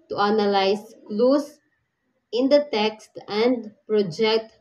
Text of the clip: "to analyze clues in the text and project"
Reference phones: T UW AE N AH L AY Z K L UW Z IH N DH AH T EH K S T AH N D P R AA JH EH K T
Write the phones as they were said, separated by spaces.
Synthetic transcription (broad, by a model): T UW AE N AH L AY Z K L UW S IH N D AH T EH K S T AH N D P R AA JH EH K T